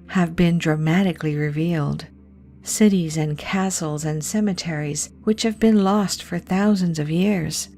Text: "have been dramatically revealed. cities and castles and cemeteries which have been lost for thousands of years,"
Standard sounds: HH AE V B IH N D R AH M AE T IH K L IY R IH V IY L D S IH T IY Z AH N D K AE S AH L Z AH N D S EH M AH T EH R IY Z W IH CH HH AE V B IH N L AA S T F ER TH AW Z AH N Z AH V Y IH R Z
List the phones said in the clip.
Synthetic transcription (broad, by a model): HH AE V B IH N D R AH M AE T IH K L IY R IH V IY L D S IH T IY Z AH N K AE S L Z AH N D S EH M AH T EH R IY Z W IH CH HH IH V B IH N L AA S T F ER TH AW Z AH N Z AH V Y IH R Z